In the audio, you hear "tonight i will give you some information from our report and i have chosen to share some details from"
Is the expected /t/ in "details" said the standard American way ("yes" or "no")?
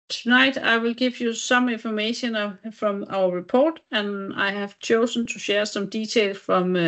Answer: no